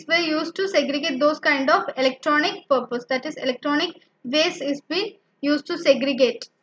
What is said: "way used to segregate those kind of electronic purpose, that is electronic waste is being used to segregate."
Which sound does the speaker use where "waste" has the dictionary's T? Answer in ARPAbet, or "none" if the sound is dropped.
none